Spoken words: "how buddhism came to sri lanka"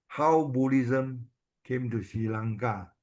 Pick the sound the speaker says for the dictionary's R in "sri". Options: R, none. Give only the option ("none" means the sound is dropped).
none